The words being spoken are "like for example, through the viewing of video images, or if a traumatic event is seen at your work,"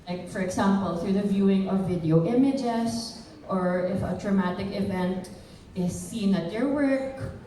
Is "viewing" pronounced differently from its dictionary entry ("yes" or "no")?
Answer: no